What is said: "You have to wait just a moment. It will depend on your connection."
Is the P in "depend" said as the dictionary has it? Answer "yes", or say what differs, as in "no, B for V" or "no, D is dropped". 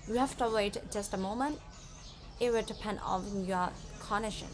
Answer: yes